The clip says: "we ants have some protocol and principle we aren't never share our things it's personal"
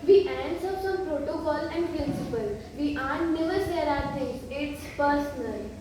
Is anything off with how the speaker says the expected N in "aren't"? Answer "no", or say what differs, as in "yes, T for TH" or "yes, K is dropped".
yes, N is dropped